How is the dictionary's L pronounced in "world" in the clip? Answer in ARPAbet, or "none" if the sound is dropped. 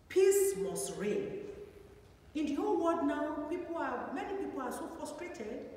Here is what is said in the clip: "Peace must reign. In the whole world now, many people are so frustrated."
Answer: none